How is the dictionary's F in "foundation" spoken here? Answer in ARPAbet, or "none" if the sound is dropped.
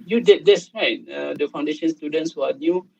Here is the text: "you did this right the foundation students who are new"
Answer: F